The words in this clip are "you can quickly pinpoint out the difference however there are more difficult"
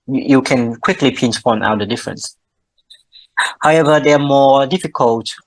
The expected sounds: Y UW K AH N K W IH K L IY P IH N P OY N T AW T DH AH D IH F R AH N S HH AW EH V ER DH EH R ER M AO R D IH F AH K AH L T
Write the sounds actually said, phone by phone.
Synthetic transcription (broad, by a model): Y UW K AH N K W IH K L IY P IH N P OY N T AW T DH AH D IH F R AH N S HH AW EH V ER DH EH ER M AO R D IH F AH K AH L T